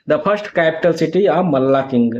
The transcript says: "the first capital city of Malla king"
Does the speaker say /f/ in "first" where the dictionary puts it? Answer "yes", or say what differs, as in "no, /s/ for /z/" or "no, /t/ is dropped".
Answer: no, /p/ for /f/